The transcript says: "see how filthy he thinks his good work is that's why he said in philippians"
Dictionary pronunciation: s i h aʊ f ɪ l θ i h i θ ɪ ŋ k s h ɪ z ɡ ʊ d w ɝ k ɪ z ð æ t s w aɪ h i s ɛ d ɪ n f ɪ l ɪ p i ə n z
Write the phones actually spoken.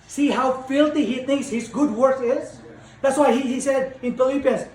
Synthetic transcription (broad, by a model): s i h aʊ f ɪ l t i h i θ ɪ ŋ k s h ɪ z ɡ ʊ d w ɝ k ɪ z ð æ t s w aɪ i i s ɛ d ɪ n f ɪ l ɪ p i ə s